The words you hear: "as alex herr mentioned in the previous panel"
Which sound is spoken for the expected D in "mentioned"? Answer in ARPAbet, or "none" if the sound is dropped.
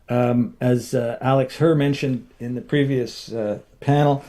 D